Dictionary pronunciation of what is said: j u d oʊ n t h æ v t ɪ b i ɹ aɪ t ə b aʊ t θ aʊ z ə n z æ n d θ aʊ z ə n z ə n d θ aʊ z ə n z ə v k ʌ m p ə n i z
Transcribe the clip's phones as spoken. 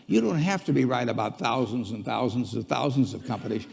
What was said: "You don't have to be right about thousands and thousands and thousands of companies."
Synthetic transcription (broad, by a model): j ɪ d oʊ n t h æ f t ɪ b i ɹ aɪ t ə b aʊ t θ aʊ z ə n z n θ aʊ z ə n z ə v θ aʊ z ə n z ə v k ʌ m p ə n i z